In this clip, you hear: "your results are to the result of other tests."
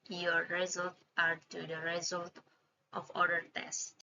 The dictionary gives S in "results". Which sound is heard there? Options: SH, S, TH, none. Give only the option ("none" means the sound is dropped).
none